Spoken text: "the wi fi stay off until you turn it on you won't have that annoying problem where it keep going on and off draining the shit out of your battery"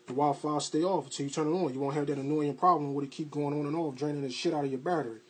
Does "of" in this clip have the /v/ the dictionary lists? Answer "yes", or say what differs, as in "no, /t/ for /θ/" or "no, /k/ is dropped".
yes